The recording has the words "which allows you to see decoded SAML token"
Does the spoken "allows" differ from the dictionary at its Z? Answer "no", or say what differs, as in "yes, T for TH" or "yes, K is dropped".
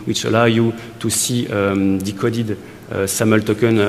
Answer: yes, Z is dropped